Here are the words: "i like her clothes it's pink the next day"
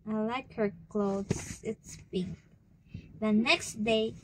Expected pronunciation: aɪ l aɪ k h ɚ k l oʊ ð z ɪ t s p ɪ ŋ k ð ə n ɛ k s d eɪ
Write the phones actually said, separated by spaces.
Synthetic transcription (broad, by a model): aɪ l aɪ k h ɚ k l oʊ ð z ɪ t s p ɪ k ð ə n ɛ k s d eɪ